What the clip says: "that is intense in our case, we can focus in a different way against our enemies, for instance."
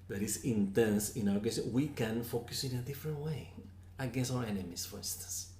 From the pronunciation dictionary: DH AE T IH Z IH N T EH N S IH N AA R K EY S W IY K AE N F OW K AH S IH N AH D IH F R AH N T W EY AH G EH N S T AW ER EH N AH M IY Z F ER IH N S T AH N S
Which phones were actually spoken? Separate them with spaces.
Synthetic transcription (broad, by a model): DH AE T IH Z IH N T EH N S IH N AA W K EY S W IY K AE N F OW K AH S IH N AH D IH F R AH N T W EY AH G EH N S AW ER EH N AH M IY S F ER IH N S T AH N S